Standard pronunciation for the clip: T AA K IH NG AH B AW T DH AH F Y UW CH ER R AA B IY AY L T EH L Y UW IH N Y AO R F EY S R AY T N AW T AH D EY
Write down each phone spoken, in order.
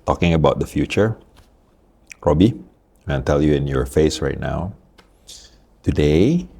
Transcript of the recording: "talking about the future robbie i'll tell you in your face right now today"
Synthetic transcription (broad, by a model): T AA K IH NG AH B AW T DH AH F Y UW CH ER R AA B IY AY N T EH L Y UW IH N Y AO R F EY S R AY T N AW T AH D EY